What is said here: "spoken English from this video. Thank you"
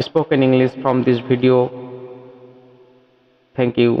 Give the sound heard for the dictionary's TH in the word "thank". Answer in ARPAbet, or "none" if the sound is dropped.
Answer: T